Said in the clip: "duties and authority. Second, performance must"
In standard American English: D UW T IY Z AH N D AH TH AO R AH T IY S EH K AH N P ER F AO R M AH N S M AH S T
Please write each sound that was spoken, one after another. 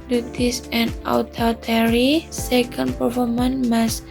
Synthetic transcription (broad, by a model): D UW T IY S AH N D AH T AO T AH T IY S EH K AH N P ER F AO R M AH N M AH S